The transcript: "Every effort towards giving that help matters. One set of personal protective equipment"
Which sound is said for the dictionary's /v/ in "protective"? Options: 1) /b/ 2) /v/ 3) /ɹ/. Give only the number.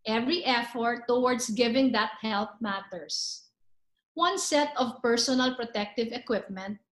2